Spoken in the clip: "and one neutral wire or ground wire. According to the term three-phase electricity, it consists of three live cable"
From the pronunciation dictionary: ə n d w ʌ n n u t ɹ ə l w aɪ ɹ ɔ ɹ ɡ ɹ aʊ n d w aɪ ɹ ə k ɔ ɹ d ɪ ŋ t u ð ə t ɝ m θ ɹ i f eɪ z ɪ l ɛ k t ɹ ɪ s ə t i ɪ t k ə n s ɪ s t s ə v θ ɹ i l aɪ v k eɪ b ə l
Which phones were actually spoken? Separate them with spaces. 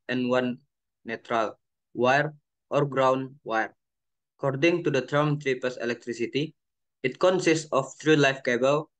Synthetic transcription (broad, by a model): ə n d w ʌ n n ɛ t ɹ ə l w aɪ ɹ ɔ ɹ ɡ ɹ aʊ n w aɪ ɹ ə k ɔ ɹ d ɪ ŋ t u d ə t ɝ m t ɹ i p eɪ s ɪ l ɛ k t ɹ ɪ s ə t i ɪ t k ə n s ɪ s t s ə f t ɹ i l aɪ f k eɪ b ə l